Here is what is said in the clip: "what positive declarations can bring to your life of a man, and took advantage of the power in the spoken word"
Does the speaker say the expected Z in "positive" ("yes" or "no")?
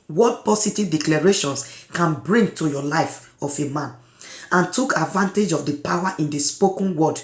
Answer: no